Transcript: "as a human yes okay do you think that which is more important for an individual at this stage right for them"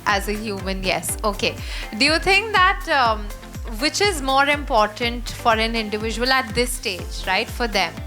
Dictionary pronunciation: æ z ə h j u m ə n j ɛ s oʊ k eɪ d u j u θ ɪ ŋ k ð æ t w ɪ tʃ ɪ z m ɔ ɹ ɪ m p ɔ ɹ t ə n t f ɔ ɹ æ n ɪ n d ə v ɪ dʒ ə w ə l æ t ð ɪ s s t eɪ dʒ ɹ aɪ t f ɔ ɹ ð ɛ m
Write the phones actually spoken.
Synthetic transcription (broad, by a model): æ z ə h j u m ə n j ɛ s oʊ k eɪ d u j u t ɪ ŋ k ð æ t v ɪ tʃ ɪ z m ɔ ɹ ɪ m p ɔ ɹ t ə n t f ɔ ɹ æ n ɪ n d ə v ɪ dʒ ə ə l æ t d ɪ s s t eɪ dʒ ɹ aɪ t f ɔ ɹ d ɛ m